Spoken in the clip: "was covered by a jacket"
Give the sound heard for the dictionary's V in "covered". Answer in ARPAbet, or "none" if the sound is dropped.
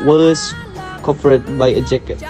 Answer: P